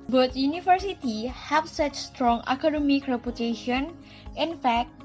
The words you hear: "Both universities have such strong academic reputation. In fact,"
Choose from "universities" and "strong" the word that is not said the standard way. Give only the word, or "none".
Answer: universities